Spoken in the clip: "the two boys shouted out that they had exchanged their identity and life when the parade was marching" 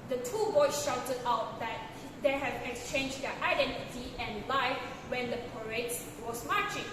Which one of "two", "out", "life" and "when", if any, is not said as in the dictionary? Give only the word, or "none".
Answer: none